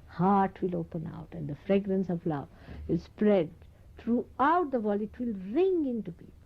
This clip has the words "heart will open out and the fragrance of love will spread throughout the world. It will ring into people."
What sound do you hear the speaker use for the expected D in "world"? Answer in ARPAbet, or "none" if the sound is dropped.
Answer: none